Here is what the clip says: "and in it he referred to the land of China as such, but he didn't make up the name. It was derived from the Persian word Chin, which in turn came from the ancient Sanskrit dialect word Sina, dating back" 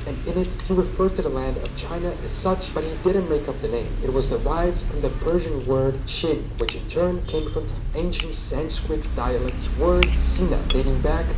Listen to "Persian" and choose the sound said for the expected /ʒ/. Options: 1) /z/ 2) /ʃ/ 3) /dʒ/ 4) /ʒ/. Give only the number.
4